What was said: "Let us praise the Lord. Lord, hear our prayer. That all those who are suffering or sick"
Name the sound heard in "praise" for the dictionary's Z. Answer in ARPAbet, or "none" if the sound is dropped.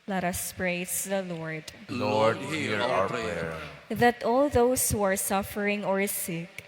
S